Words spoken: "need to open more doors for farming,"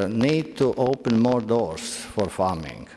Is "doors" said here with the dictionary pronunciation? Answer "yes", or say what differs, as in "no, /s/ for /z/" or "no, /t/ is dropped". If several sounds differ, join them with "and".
no, /s/ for /z/